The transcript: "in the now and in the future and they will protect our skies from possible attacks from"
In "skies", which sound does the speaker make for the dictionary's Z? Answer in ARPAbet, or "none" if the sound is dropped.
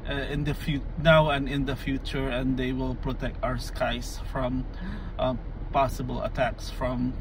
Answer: S